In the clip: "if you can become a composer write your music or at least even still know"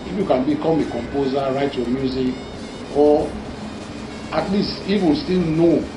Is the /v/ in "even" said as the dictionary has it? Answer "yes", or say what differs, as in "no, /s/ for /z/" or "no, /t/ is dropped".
no, /f/ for /v/